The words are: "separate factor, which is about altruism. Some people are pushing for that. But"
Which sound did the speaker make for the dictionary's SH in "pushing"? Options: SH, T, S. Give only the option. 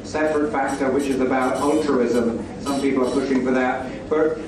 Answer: SH